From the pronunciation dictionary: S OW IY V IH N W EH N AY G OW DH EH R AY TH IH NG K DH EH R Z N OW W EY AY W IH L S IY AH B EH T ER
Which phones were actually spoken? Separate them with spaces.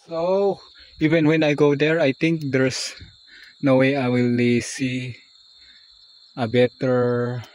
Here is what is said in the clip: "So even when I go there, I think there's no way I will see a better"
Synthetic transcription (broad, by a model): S OW IY V IH N W EH N AY G OW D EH R AY T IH NG K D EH R S N OW W EY AY W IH L S IY AH B EH T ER